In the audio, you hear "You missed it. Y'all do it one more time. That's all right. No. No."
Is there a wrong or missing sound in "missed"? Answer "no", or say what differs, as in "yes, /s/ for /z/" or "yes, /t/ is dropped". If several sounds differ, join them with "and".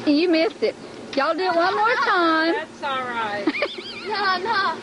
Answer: yes, /t/ is dropped